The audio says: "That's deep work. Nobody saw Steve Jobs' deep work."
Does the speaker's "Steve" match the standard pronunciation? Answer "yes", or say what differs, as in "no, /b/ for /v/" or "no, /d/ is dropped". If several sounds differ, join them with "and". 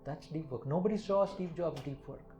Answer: no, /p/ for /v/